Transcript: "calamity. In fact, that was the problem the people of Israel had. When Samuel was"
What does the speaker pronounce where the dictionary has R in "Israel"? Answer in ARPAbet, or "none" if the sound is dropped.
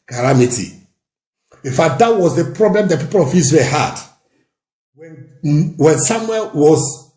W